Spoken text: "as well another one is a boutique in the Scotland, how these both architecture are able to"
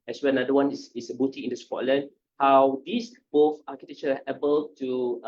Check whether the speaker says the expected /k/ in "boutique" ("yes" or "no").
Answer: no